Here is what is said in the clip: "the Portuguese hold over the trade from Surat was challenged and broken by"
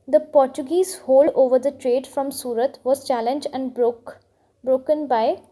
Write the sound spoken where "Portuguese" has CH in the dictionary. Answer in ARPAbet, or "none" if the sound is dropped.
CH